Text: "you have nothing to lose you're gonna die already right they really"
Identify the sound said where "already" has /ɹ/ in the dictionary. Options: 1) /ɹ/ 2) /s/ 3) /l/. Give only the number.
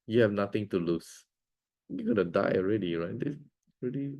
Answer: 1